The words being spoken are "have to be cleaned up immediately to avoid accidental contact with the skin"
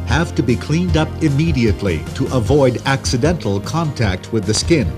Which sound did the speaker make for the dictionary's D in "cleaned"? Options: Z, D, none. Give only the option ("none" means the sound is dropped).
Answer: D